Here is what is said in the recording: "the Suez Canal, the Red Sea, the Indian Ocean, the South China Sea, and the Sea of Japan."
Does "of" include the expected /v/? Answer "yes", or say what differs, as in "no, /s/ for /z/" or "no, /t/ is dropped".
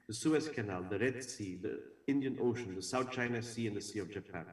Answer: yes